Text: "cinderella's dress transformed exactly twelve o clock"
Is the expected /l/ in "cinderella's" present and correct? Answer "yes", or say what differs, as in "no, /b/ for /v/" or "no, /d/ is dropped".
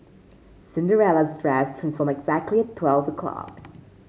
yes